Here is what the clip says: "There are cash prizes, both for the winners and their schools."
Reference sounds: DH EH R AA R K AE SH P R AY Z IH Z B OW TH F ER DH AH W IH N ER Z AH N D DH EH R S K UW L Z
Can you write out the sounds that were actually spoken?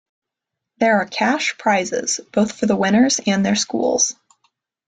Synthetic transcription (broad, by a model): DH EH R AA R K AE SH P R AY Z IH Z B OW TH F ER DH AH W IH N ER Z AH N DH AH R S K UW L Z